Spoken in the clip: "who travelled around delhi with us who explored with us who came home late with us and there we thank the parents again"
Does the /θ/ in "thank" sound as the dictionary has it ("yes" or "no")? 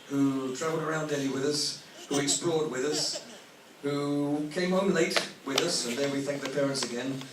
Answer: yes